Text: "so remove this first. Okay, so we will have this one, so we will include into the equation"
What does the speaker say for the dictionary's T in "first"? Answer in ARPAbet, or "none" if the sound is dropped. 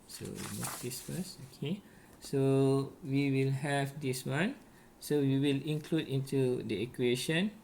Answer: none